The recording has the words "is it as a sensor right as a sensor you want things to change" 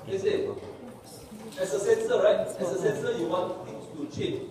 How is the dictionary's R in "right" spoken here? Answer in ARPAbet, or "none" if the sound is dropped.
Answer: R